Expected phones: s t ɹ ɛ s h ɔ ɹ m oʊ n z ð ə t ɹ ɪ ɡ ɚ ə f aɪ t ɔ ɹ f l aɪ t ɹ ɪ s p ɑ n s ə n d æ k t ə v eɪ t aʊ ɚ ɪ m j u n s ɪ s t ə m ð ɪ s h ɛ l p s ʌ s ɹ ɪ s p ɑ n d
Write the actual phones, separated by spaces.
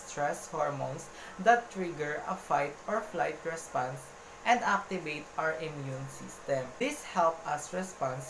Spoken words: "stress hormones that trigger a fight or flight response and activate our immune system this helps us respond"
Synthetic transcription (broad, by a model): s t ɹ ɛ s h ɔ ɹ m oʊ n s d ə t ɹ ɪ ɡ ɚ ə f aɪ t ɔ ɹ f l aɪ t ɹ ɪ s p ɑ n s ə n d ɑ k t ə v eɪ t aʊ ɚ ɪ m j u n s ɪ s t ə m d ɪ s h ɛ l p ʌ s ɹ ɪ s p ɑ n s